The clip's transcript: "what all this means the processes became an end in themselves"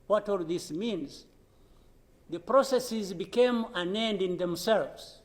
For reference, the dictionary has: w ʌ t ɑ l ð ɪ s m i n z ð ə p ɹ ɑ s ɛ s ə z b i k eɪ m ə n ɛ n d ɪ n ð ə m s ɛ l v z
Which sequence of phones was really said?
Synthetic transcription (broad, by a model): w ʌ t ɑ l ð ɪ s m i n z ð ə p ɹ ɑ s ɛ s ə z b i k eɪ m ə n ɛ n d ɪ n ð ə m s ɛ l v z